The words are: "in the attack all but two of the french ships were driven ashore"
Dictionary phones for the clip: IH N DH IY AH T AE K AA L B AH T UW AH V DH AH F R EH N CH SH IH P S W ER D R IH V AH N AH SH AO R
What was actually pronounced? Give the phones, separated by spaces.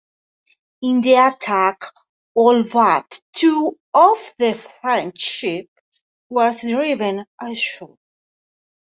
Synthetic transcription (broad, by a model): IH N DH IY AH T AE K AA L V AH T UW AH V DH AH F R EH N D SH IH P W ER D R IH V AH N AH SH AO